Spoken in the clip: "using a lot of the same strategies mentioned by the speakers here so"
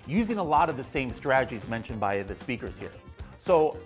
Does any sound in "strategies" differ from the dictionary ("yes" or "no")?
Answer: no